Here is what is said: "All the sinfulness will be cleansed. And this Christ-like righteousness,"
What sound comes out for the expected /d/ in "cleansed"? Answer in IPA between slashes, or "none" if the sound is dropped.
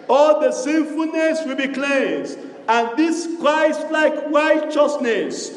none